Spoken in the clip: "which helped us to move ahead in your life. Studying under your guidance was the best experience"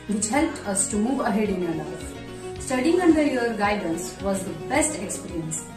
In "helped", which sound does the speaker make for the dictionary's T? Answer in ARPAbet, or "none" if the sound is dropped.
T